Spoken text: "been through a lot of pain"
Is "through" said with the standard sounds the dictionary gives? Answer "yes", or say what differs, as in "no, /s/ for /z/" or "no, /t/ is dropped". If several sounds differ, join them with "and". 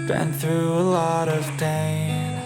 yes